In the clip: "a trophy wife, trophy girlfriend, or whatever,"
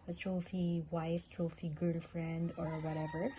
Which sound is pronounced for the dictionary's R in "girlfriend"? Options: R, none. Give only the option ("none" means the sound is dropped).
R